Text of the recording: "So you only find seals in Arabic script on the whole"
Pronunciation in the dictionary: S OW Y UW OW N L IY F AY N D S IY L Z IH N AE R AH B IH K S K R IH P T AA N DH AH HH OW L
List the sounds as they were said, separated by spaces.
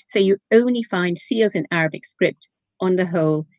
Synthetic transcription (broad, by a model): S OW Y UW OW N L IY F AY N D S IY L Z IH N AE R AH B IH K S K R IH P T N DH AH HH OW L